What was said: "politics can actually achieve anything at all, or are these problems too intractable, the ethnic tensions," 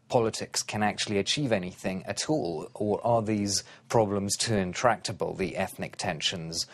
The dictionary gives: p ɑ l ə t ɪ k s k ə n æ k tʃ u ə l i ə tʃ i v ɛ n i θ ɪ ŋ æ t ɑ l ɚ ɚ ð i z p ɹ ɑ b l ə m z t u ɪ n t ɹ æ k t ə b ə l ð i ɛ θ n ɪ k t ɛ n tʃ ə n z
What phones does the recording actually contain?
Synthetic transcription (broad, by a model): p ɑ l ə t ɪ k s k ə n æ k tʃ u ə l i ə tʃ i v ɛ n i θ ɪ ŋ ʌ t ɑ l ɚ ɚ ð i z p ɹ ɑ b l ə m z t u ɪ n t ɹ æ k t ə b ə l ð i ɛ θ n ɪ k t ɛ n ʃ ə n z